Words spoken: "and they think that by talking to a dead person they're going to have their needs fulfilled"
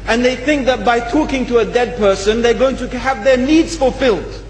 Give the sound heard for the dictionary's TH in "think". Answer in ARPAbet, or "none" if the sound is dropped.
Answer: TH